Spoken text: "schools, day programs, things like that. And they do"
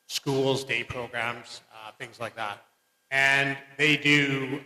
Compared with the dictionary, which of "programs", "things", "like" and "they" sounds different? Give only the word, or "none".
none